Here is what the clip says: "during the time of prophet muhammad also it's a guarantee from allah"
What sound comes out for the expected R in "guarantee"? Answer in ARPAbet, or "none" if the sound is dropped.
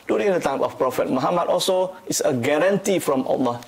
R